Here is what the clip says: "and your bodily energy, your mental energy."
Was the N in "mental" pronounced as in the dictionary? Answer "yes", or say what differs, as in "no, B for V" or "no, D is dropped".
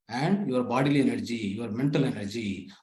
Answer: yes